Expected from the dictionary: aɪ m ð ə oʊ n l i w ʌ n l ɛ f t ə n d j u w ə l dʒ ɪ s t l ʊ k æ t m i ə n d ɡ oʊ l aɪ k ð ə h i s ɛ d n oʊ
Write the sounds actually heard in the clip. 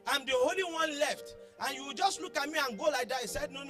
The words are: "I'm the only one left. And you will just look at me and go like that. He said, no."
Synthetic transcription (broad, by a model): aɪ m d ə oʊ l i w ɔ n l ɛ f t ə n j u w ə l dʒ ɪ s t l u k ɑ t m i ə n ɡ oʊ l aɪ k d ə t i s ɛ d n oʊ